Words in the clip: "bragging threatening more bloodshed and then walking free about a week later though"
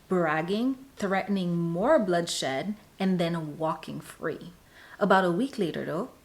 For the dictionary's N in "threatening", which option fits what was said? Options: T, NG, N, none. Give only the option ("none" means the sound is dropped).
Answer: N